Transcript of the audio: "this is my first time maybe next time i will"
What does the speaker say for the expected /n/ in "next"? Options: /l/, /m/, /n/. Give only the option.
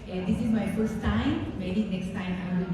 /n/